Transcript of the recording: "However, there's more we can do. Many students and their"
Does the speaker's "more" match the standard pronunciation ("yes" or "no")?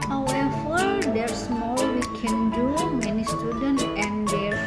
no